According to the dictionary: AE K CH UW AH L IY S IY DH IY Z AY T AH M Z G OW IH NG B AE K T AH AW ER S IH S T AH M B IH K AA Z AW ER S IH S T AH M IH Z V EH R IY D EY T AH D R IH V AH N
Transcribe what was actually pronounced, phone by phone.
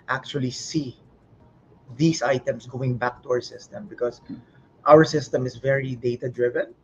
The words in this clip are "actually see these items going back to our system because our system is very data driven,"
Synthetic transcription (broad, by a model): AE K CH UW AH L IY S IY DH IY S AY T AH M S G OW IH NG B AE K T AH AW ER S IH S T AH M B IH K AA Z AW ER S IH S T AH M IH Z V EH R IY D EY T AH D R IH V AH N